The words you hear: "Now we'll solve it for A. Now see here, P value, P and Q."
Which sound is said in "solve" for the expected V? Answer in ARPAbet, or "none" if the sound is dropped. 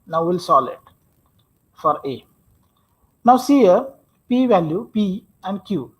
none